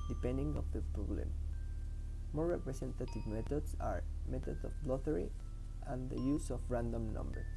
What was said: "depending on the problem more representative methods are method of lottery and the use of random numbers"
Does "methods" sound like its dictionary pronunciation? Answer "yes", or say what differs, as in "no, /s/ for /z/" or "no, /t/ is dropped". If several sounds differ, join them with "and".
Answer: no, /t/ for /θ/